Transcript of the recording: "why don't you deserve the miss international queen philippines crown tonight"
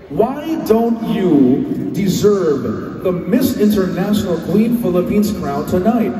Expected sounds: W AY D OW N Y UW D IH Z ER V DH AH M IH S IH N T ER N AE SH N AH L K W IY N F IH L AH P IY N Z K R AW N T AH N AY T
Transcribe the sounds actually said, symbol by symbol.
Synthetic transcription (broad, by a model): W AY D OW N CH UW D IH Z ER V DH AH M IH S IH N T ER N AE SH N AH L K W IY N F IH L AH P IY N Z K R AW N T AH N AY T